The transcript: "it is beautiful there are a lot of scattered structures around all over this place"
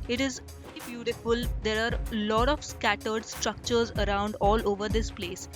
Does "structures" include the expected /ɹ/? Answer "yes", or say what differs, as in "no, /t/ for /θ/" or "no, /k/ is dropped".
yes